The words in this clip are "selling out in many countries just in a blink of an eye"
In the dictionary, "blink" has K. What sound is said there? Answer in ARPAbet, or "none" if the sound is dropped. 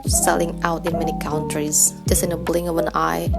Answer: none